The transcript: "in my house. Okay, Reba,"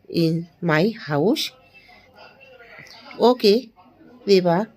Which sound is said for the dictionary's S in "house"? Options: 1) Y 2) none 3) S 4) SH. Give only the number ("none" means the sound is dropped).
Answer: 4